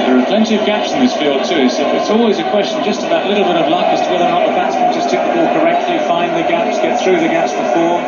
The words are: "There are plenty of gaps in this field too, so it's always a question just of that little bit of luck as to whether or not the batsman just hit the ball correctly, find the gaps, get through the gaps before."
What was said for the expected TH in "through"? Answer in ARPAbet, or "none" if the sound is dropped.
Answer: TH